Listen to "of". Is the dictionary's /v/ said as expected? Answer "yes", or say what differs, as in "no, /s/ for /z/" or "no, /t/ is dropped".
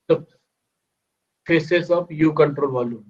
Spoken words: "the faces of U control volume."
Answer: no, /b/ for /v/